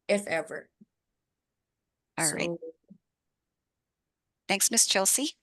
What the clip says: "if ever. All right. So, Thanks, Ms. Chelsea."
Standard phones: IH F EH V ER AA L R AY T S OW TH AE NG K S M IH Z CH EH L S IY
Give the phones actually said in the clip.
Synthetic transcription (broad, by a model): IH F EH V ER AA L R AY T TH AE NG K S M IH S CH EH L S IY